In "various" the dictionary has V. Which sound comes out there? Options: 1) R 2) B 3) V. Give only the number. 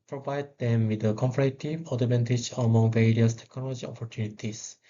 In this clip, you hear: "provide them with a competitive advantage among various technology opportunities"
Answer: 3